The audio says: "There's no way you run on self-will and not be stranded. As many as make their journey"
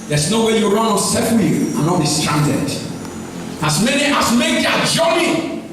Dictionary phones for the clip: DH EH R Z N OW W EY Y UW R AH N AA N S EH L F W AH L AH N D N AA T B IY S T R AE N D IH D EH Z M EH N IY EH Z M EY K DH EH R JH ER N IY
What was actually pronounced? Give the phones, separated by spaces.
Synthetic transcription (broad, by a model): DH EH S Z N OW W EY Y UW R AH N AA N S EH F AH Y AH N N AA T B IY S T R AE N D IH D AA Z M EH N IY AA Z M EY K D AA JH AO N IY